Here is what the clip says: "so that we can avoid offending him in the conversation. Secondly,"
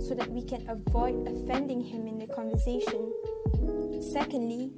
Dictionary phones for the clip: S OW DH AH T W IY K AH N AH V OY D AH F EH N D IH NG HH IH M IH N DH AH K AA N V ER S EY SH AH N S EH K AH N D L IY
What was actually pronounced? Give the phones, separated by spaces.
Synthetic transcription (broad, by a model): S OW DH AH T W IY K AH N AH V OY D AH F EH N D IH NG HH IH M IH N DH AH K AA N V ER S EY SH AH N S EH K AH N D L IY